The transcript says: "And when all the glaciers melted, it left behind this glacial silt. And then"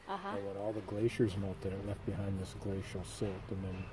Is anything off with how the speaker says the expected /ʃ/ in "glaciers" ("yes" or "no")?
no